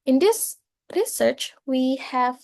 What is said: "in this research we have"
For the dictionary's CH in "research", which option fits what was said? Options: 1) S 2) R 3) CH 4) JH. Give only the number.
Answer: 3